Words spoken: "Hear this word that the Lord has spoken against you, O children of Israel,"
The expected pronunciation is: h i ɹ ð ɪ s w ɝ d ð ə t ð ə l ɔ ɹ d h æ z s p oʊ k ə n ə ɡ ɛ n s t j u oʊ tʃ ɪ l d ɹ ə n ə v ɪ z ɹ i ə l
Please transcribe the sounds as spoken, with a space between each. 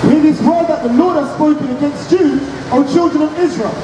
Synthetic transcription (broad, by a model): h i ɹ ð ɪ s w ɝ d ð ə t ð ə l ɔ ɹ d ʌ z s p oʊ k ə n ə ɡ ɛ n s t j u oʊ tʃ ɪ l d ɹ ə n ə v ɪ z ɹ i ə l